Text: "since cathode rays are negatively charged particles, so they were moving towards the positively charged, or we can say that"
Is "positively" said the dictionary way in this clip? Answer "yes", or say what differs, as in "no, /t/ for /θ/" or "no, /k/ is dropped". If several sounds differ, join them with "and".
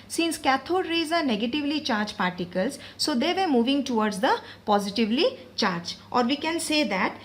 yes